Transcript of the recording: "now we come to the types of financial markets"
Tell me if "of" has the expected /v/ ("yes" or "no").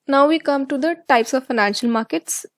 yes